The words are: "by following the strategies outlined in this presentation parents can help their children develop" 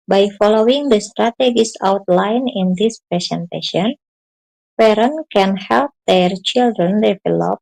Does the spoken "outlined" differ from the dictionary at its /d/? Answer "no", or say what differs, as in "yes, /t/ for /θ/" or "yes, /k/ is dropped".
yes, /d/ is dropped